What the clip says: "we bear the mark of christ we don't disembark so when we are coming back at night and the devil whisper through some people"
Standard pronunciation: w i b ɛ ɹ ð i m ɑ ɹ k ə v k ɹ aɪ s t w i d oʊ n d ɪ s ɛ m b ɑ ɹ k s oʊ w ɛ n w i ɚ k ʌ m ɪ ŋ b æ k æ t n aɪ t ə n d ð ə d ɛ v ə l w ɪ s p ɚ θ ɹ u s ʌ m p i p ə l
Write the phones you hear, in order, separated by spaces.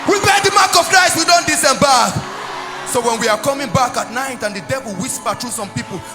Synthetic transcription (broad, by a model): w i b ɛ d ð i m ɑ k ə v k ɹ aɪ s w i d oʊ n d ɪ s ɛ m b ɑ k s oʊ w ɛ n w i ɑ k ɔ m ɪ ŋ b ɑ k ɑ t n aɪ t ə n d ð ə d ɛ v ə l w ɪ s p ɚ t ɹ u s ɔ m p i p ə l